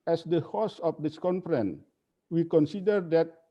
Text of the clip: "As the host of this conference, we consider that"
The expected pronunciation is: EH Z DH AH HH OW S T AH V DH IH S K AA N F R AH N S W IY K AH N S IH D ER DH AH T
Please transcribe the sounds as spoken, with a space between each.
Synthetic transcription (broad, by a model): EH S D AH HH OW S AH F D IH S K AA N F R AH N W IY K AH N S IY D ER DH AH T